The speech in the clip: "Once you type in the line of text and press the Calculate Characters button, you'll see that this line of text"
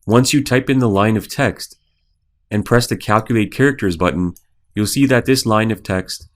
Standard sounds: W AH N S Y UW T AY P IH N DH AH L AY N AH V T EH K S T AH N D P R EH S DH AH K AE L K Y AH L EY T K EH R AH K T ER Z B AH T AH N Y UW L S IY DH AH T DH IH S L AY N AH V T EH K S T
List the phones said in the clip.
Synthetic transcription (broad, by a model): W AH N S Y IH T AY P IH N DH AH L AY N AH V T EH K S T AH N P R EH S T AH K AE L K Y AH L EY T K EH R AH K T ER Z B AH T N Y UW L S IY DH AH T DH IH S L AY N AH V T EH K S T